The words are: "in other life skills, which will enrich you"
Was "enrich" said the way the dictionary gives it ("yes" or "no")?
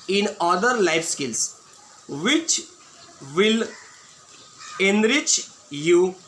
yes